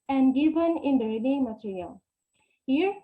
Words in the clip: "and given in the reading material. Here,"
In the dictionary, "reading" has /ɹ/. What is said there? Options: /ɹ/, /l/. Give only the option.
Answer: /l/